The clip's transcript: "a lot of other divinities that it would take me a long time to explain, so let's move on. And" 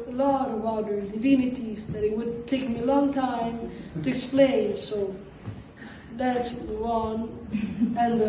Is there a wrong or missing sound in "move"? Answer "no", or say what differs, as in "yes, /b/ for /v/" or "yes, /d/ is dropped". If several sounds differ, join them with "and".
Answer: yes, /v/ is dropped